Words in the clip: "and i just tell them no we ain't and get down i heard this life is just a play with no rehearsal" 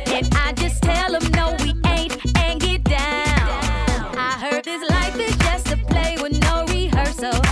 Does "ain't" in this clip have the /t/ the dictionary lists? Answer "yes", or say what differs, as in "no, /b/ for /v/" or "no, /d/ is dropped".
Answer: yes